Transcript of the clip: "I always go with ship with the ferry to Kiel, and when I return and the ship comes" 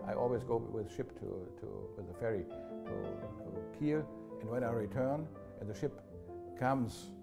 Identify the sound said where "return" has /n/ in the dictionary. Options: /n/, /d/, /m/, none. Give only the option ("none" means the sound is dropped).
/n/